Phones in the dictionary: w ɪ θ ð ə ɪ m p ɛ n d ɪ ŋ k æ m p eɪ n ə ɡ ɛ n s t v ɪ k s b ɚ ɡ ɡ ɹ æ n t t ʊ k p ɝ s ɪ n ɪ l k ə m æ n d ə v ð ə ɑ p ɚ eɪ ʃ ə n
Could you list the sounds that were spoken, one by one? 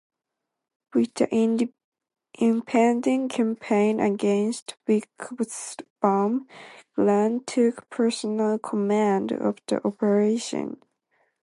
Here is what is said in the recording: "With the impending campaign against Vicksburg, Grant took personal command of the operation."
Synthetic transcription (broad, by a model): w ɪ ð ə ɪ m p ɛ n d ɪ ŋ k æ m p eɪ n ə ɡ ɛ n s t w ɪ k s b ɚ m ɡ l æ n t t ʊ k p ɝ s ɪ n ɪ l k ə m æ n d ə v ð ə ɑ p ɚ eɪ ʃ ə n